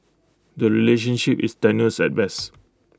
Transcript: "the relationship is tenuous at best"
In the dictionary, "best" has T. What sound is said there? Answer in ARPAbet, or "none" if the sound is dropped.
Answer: none